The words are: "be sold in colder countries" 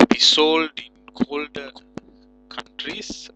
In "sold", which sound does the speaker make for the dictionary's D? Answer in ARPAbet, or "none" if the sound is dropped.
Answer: D